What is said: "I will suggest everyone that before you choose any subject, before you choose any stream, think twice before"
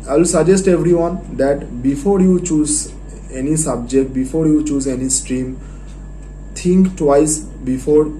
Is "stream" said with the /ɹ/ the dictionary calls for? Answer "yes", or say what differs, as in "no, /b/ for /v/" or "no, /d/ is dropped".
yes